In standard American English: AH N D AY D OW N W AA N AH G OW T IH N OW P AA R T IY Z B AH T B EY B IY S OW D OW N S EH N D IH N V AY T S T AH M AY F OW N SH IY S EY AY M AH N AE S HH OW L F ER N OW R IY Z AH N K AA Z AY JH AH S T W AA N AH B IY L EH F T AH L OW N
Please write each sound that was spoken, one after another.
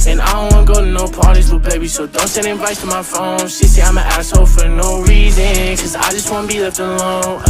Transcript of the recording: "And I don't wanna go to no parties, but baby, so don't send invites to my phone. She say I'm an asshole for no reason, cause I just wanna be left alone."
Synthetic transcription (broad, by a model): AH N AY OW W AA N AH G OW T IH N OW P AA R T IY Z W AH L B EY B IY S OW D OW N S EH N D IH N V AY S T AH M AY F OW N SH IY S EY AY M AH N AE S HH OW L F ER N OW R IY Z AH N K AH Z AY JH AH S T W AA N AH B IY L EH T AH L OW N